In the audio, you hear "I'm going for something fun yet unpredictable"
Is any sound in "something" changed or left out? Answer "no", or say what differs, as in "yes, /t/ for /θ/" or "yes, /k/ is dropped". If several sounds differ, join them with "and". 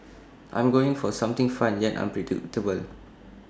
yes, /t/ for /θ/